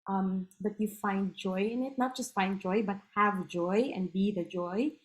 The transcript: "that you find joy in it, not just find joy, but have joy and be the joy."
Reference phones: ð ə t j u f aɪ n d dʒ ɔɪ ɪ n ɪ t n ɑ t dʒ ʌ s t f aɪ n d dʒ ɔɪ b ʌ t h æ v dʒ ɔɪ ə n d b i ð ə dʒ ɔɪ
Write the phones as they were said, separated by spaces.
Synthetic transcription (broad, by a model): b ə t j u f aɪ n d dʒ ɔɪ ɪ n ɪ t n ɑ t dʒ ʌ s t f aɪ n d dʒ ɔɪ b ʌ t h æ v dʒ ɔɪ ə n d b i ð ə dʒ ɔɪ